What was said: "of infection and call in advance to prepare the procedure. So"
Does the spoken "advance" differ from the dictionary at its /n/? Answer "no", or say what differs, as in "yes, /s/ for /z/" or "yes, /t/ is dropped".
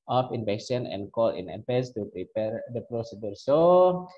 yes, /n/ is dropped